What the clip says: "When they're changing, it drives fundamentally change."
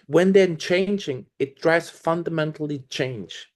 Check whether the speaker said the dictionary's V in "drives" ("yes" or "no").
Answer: no